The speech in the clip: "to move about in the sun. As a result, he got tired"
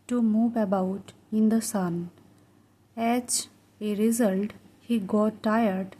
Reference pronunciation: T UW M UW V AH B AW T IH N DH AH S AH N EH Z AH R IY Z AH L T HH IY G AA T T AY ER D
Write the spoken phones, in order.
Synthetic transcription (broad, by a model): T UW M UW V AH B AW T IH N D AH S AH N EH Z AH R IY Z AH L T HH IY G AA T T AY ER D